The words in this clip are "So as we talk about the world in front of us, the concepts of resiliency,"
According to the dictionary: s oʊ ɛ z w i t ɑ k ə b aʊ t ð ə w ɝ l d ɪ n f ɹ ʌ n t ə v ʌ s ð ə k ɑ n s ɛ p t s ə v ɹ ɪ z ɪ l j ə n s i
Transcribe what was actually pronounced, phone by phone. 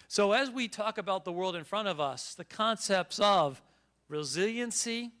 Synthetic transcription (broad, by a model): s oʊ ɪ z w i t ɑ k ə b aʊ t ð ə w ɝ l d ɪ n f ɹ ʌ t ə v ʌ s ð ə k ɑ n s ɛ p t s ə v ɹ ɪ z ɪ l j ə n s i